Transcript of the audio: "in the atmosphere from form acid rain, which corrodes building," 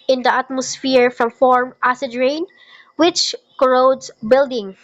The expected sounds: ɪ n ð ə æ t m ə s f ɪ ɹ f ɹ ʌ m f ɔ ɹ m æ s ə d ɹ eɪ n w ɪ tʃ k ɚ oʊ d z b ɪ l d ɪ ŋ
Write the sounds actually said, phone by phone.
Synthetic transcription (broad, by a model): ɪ n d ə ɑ t m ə s f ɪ ɹ f ɹ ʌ m f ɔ ɹ m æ s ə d ɹ eɪ n w ɪ tʃ k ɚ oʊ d s b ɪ l d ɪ ŋ